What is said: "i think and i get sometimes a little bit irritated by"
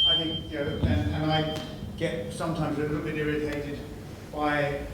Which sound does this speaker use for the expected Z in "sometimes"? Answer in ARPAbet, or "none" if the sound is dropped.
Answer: Z